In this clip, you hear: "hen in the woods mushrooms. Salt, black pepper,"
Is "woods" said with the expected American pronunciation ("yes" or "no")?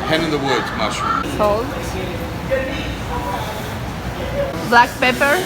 no